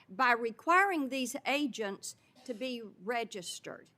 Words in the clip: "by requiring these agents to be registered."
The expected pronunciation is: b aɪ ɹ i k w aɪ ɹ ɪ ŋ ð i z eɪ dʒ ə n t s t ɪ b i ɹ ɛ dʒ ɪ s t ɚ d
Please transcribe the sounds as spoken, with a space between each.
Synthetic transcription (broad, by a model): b aɪ ɹ i k w aɪ ɹ ɪ ŋ ð i z eɪ dʒ ə n t s t ɪ b i ɹ ɛ dʒ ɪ s t ɚ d